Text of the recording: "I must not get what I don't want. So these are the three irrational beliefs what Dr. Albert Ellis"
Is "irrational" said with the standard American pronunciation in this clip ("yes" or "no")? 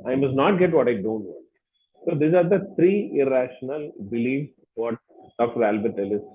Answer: yes